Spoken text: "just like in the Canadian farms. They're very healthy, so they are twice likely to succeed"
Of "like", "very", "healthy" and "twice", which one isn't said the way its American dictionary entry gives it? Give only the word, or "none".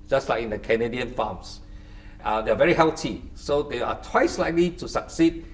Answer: healthy